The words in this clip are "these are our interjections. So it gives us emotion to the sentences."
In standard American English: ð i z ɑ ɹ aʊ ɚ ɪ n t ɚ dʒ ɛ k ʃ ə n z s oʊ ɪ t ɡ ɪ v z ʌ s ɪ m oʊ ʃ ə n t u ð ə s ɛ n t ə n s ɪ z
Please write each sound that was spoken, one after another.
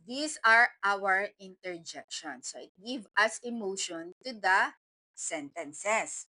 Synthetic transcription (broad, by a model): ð i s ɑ ɹ aʊ ɚ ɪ n t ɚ dʒ ɛ k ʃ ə n s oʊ ɪ t ɡ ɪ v ʌ s ɪ m oʊ ʃ ə n t u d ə s ɛ n t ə n s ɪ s